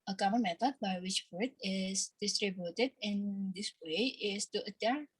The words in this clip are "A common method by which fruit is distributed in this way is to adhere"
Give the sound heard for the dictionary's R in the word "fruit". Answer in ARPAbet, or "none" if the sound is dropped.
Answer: none